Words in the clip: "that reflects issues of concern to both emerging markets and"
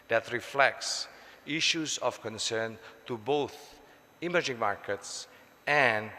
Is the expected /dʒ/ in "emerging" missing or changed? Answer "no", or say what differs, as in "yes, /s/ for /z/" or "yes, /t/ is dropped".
no